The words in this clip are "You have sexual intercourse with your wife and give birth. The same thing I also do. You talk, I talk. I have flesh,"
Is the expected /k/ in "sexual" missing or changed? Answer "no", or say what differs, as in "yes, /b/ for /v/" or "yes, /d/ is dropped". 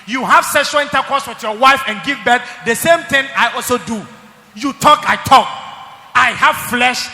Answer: yes, /k/ is dropped